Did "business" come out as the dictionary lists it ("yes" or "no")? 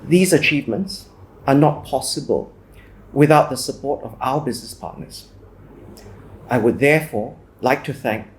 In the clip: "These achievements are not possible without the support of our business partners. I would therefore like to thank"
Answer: yes